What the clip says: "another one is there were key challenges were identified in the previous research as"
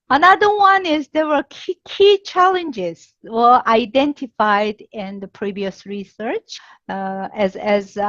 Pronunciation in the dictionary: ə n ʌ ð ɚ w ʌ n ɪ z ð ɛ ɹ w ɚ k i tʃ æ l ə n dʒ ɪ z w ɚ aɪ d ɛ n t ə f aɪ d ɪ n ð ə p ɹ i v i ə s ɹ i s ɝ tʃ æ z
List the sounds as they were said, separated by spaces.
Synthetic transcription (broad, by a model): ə n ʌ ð ɚ w ʌ n ɪ z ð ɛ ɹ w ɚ k i tʃ æ l ə n dʒ ɪ z w ɚ aɪ d ɛ n t ə f aɪ d ɪ n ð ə p ɹ i v i ə s ɹ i s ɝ tʃ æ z